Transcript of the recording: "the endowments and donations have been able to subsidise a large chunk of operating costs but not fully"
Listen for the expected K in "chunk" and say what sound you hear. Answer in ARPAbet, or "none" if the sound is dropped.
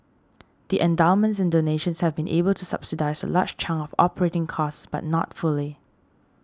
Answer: none